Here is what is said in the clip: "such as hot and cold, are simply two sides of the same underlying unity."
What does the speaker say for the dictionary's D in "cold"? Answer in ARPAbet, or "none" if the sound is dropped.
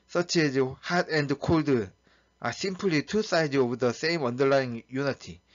D